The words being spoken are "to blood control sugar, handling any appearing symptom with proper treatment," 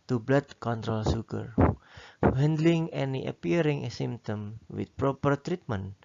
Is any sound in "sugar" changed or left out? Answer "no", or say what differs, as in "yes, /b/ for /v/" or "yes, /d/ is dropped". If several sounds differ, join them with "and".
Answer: yes, /s/ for /ʃ/